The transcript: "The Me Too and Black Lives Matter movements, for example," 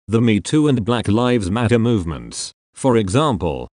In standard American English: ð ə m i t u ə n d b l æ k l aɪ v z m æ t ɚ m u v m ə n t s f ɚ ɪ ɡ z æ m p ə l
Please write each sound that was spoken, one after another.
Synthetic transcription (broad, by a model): ð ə m i t u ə n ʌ b l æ k l aɪ v z m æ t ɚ m u v m ə n t s f ɚ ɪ ɡ z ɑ m p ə l